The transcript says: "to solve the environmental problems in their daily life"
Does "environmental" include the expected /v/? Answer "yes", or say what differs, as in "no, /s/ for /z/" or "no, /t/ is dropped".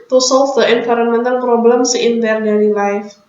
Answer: no, /f/ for /v/